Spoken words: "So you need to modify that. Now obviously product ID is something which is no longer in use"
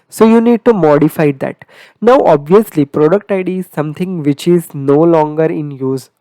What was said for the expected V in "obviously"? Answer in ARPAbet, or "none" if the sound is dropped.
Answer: V